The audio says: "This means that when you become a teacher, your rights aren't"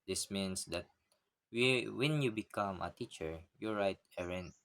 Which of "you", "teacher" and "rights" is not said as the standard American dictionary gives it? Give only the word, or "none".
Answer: rights